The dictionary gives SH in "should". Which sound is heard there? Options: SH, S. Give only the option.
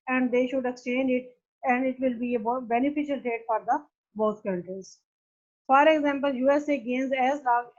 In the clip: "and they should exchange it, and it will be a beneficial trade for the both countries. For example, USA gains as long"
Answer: SH